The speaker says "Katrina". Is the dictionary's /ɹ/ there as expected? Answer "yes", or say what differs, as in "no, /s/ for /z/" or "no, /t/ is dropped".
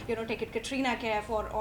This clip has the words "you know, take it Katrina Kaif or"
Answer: yes